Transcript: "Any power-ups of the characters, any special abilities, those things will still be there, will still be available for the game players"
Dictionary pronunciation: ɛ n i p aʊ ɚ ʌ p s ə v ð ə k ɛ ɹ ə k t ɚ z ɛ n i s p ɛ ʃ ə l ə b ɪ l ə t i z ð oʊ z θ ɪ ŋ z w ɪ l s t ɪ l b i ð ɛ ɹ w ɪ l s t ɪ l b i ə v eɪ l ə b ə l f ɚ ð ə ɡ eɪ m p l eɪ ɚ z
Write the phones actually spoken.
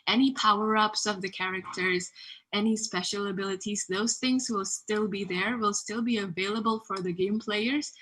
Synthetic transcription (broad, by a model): ɛ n i p aʊ ɚ ʌ p s ə v ð ə k ɛ ɹ ə k t ɚ z ɛ n i s p ɛ ʃ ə l ə b ɪ l ə t i z ð oʊ z θ ɪ ŋ z w ɪ l s t ɪ l b i ð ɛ ɹ w ɪ l s t ɪ l b i ə v eɪ l ə b ə l f ɚ ð ə ɡ eɪ m p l eɪ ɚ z